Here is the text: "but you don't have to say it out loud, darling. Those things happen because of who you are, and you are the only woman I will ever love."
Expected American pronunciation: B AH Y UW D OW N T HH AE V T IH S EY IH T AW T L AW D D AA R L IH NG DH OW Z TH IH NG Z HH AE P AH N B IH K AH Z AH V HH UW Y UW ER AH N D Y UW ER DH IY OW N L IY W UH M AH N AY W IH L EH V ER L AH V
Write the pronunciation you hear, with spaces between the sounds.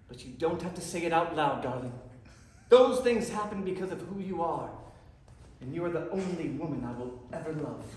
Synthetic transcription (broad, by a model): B AH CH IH D OW N T HH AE F T IH S EY IH T AW T L AW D D AA R L IH NG DH OW Z TH IH NG Z HH AE P AH N B IH K AH Z AH V HH UW Y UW ER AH N Y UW ER DH IY OW N L IY W UH M AH N AY W IH L EH V ER L AH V